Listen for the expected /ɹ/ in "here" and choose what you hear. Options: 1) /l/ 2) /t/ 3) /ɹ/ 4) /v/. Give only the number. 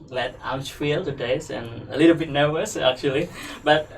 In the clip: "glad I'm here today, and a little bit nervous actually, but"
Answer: 1